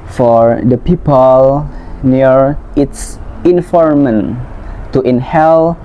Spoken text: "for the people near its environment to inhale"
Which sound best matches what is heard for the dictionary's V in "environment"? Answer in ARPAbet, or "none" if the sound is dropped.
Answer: F